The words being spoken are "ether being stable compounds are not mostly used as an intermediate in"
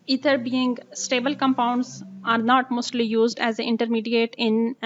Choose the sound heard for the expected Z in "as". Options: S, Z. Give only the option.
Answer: Z